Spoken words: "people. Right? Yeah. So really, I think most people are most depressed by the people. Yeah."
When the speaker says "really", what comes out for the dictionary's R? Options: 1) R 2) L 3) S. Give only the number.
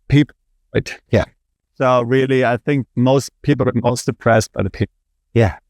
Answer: 1